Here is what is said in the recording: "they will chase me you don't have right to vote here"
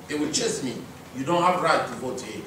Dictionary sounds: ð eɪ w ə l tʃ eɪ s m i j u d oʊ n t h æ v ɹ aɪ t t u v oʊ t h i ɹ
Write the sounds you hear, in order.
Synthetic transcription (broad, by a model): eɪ w ə l tʃ eɪ s m i j u d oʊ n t h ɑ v ɹ aɪ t t u v oʊ t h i